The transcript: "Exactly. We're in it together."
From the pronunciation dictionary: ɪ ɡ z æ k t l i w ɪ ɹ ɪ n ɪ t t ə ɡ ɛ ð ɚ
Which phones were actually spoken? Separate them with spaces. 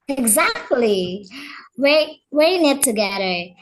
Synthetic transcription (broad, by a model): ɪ ɡ z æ k t l i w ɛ w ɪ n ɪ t t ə ɡ ɛ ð ɚ